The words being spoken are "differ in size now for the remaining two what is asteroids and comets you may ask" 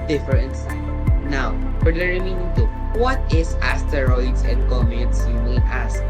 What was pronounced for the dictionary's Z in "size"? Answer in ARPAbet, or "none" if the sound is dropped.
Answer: none